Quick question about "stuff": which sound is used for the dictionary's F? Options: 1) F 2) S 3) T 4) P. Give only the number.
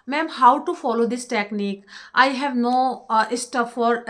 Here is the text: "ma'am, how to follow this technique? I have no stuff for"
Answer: 4